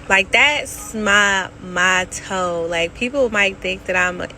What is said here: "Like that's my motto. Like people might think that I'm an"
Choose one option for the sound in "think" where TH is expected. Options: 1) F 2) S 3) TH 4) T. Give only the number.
3